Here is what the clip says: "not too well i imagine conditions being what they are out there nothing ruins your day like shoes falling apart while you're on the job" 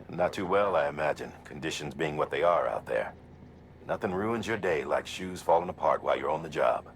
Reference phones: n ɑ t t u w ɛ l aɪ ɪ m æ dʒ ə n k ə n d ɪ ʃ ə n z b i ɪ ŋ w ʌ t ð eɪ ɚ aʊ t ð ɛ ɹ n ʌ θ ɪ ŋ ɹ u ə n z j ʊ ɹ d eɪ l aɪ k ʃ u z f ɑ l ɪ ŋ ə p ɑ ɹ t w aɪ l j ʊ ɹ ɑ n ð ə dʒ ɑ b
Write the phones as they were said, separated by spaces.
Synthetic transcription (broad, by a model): n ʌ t t u w ɛ l aɪ ɪ m æ dʒ ə n k ə n d ɪ ʃ ə n z b i ɪ ŋ w ʌ t ð eɪ ɚ aʊ t ð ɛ ɹ n ʌ θ ɪ ŋ ɹ u ə n z j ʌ ɹ d eɪ l aɪ k ʃ u z f ɑ l ɪ ŋ ə p ɑ ɹ t w aɪ l j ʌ ɹ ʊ n ð ə dʒ ɑ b